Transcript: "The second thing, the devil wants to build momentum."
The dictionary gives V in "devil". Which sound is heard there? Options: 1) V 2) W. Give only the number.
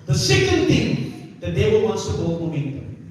2